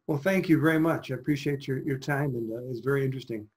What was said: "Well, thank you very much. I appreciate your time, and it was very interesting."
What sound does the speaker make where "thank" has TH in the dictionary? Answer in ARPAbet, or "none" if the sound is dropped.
TH